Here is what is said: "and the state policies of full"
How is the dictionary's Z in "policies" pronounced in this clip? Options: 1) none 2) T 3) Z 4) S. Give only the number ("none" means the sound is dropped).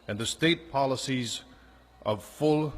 3